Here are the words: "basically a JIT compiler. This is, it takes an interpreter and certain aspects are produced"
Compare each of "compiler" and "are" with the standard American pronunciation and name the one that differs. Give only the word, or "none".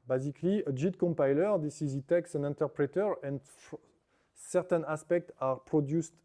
none